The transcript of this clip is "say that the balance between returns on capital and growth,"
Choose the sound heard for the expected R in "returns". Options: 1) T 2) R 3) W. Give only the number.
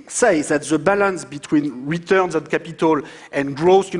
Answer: 2